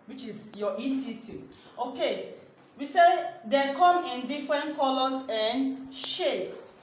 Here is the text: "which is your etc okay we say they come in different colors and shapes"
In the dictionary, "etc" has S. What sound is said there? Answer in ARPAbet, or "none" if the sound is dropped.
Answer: none